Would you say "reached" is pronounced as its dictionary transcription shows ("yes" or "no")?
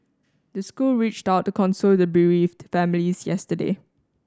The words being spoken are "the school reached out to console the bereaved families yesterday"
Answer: yes